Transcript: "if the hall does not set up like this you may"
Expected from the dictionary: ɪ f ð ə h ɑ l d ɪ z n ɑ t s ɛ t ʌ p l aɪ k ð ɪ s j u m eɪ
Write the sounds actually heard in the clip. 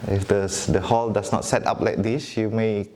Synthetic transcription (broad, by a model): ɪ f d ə h ɑ l d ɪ s n ɑ t s ɛ t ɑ p l aɪ k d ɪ s j u m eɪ